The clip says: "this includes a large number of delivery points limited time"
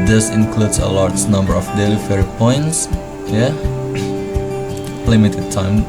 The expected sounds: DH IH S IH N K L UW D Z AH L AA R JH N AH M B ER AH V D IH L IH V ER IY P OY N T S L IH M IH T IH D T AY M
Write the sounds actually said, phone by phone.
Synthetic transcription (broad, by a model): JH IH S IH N K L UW D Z AH L AA R JH N AH M B ER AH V D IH L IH F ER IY P OY N T S L IH M IH T IH D T AY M